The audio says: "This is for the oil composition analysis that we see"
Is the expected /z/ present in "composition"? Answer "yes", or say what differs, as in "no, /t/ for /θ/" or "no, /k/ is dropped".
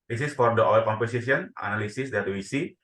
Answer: no, /s/ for /z/